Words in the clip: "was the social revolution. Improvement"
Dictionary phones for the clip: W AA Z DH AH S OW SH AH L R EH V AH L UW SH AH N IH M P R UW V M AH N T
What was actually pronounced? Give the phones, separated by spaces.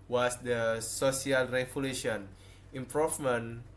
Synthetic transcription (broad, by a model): W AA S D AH S OW S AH L R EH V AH L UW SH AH N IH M P R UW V M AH N